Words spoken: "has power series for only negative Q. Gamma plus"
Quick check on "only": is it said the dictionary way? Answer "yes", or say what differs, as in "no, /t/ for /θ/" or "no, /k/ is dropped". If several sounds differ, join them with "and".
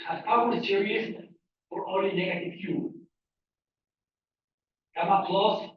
no, /n/ is dropped